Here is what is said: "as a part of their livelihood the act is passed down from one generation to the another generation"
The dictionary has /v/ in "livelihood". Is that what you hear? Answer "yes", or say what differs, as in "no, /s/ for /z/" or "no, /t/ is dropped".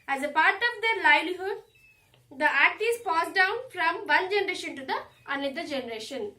no, /v/ is dropped